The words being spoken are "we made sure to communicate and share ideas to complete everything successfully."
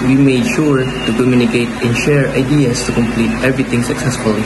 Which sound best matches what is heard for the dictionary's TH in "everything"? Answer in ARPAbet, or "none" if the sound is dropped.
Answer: T